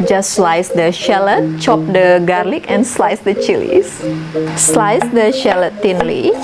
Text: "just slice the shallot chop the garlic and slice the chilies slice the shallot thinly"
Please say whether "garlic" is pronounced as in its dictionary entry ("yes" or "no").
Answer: yes